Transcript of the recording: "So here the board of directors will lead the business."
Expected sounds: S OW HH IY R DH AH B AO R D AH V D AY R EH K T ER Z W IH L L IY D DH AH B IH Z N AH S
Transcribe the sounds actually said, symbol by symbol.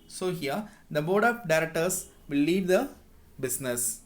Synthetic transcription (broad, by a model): S OW HH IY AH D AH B AO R D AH P D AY R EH K T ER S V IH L L IY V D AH B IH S N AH S